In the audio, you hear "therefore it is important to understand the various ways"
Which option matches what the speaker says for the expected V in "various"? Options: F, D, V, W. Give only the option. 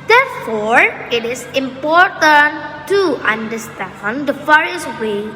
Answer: F